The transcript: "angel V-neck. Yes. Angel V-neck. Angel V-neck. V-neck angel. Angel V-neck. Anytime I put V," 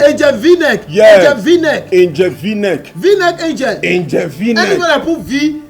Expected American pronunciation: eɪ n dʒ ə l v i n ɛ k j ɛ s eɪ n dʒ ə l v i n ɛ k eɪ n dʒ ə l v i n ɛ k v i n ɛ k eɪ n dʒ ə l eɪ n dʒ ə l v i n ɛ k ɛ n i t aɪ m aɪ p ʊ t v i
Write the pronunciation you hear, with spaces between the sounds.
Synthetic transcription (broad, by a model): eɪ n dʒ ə v i n ɛ k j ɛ eɪ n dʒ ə v i n ɛ k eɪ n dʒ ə v i n ɛ k v i n ɛ k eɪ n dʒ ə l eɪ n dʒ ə v i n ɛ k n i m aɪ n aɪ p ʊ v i